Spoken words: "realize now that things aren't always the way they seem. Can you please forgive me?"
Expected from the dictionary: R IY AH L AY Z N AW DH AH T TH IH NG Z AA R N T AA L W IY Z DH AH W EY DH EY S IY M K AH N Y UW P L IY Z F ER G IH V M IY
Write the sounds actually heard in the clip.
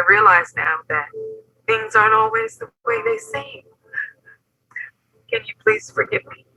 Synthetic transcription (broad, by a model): R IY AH L AY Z N AW DH AH T TH IH NG Z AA R T AA L W IY Z DH AH W EY DH EY S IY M K AH N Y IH P L IY Z F ER G IH V M IY